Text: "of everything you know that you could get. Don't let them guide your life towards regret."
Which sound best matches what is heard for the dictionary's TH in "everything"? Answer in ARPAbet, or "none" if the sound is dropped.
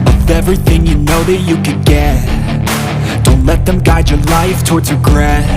TH